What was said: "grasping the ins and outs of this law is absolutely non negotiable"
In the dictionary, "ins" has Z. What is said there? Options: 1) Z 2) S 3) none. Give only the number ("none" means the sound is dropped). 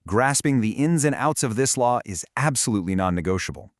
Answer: 1